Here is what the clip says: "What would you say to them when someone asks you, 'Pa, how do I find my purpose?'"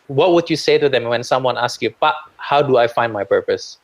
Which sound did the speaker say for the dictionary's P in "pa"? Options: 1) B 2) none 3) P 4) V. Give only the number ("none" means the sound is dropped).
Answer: 1